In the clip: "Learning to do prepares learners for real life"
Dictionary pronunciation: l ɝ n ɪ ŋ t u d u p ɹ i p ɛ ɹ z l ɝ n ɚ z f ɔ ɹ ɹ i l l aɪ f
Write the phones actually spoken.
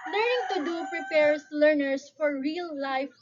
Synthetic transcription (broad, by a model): l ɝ n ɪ ŋ t u d u p ɹ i p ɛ ɹ s l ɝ n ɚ s f ɔ ɹ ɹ i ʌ l aɪ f